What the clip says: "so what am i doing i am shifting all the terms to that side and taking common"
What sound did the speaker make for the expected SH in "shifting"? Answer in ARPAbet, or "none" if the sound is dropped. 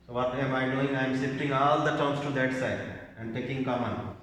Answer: S